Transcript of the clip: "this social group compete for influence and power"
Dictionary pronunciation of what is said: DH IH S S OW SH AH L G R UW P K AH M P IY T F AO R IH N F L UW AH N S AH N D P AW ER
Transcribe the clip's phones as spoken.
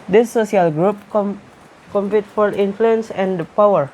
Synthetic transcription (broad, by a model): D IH S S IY AH L G R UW P K AH M P IY T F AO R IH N F L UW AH N S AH N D P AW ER